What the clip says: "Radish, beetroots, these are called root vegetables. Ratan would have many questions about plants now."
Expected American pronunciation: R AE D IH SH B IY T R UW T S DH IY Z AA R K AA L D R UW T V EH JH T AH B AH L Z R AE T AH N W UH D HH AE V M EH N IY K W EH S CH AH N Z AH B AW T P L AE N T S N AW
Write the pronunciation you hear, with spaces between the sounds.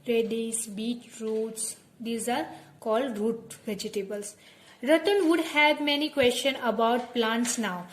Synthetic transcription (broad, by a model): R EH D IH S B IY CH R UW T S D IY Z AA R K AA L D R UW T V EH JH T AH B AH L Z R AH T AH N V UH D HH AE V M EH N IY K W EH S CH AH N AH B AW T P L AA N T S N AW